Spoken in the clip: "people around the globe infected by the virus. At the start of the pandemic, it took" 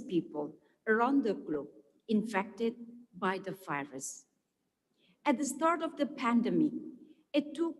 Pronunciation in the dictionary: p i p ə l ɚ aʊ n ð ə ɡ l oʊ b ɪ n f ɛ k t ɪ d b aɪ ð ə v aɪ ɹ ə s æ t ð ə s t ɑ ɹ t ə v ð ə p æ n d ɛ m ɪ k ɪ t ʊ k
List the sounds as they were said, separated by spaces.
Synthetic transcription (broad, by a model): p i p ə l ɚ aʊ n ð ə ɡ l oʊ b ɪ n f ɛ k t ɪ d b aɪ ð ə f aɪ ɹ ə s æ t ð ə s t ɑ ɹ t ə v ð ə p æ n d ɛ m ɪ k ɪ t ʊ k